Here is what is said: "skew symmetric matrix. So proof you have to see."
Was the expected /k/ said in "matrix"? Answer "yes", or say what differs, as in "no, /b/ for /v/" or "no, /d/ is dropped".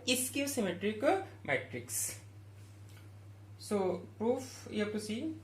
yes